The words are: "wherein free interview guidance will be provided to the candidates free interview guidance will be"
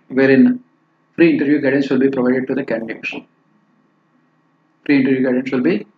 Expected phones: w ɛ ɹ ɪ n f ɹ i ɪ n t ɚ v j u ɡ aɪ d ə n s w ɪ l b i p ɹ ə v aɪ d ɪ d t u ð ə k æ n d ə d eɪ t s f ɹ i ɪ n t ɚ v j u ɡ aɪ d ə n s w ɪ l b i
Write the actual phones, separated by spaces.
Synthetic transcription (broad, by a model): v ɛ ɹ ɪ n f ɹ i ɪ n t ɚ v j u ɡ aɪ d ə n s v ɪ l b i p ɹ ə v aɪ d ɪ d t u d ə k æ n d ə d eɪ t ʃ f ɹ i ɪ n t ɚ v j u ɡ aɪ d ə n s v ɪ l b i